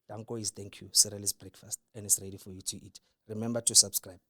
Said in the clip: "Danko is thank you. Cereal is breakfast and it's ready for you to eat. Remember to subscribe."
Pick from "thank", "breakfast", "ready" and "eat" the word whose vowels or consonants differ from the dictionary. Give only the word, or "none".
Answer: thank